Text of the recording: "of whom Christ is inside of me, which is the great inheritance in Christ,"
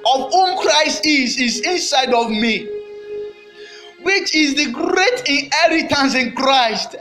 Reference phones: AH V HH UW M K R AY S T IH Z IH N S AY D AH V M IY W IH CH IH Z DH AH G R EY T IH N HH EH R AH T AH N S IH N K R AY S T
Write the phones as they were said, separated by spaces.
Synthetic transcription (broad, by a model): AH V HH UW M K R AY S T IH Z IH N S AY D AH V M IY W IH CH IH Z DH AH G R EY T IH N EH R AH T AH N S IH N K R AY S T